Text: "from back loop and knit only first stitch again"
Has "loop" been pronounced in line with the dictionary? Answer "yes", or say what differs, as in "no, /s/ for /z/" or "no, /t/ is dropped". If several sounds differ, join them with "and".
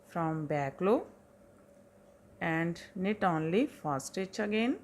no, /p/ is dropped